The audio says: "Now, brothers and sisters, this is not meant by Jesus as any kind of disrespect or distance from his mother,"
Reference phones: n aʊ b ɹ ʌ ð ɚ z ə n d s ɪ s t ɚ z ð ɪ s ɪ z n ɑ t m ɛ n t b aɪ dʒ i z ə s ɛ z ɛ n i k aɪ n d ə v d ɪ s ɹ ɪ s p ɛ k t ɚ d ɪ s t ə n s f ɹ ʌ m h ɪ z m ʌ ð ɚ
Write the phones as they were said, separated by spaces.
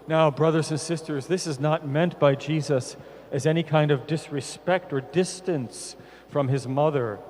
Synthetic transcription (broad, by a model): n aʊ b ɹ ʌ ð ɚ z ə n s ɪ s t ɚ z ð ɪ s ɪ z n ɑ t m ɛ n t b aɪ dʒ i z ə s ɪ z ɛ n i k aɪ n d ə v d ɪ s ɹ ɪ s p ɛ k t ɚ d ɪ s t ə n s f ɹ ʌ m ɪ z m ʌ ð ɚ